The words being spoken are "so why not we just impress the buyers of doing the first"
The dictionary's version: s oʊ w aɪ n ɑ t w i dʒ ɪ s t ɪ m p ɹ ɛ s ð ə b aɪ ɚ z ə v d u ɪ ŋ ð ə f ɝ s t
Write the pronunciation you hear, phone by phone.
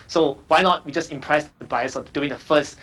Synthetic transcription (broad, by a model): s oʊ w aɪ n ɑ t w i dʒ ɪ s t ɪ m p ɹ ɛ s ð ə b aɪ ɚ s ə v d u ɪ ŋ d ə f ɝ s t